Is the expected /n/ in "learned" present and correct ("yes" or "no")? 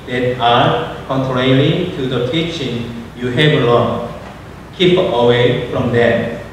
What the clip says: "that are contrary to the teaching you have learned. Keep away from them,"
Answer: no